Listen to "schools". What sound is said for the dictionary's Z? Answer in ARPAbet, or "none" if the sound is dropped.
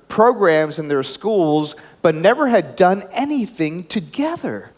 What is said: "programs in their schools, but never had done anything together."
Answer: Z